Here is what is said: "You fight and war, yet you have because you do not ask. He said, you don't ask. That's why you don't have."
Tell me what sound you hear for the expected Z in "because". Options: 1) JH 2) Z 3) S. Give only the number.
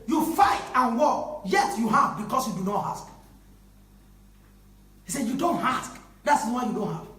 3